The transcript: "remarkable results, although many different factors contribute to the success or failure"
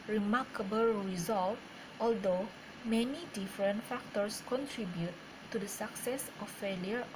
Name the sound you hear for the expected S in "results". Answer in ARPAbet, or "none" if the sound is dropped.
none